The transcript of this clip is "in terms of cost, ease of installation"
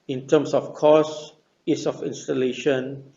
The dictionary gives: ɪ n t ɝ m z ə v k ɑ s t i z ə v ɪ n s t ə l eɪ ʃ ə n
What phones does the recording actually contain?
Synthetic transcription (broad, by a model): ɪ n t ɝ m s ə f k ɑ s i s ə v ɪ n s t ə l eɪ ʃ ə n